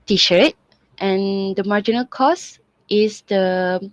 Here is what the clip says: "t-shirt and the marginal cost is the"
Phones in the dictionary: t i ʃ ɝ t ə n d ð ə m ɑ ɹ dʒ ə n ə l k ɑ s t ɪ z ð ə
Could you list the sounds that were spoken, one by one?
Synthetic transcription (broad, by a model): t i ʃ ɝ t ə n d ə m ɑ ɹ dʒ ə n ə l k ɑ s t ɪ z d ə